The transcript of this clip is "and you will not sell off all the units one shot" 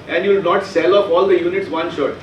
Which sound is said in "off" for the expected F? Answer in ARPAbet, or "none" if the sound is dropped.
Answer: P